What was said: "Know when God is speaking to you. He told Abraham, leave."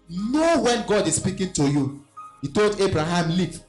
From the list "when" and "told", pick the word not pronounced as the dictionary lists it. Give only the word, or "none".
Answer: none